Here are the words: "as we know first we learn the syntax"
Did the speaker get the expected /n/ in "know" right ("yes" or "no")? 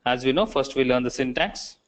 yes